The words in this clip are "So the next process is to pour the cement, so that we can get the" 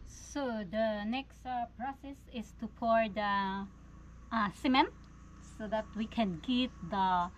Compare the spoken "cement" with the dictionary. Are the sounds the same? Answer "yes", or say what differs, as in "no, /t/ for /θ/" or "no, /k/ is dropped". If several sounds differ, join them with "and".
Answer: yes